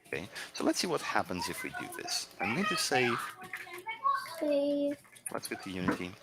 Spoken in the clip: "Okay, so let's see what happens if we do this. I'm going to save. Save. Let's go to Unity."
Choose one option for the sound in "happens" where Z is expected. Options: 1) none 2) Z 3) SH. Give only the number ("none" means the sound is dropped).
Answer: 2